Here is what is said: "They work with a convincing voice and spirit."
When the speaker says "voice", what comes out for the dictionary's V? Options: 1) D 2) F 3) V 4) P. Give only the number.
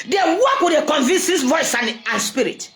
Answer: 3